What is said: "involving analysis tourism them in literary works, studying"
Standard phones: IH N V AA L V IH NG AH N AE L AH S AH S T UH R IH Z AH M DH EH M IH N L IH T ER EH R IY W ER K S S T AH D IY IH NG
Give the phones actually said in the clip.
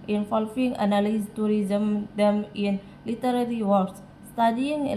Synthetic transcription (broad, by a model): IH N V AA L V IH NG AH N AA L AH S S T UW R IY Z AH M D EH M IH N L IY T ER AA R IY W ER S S T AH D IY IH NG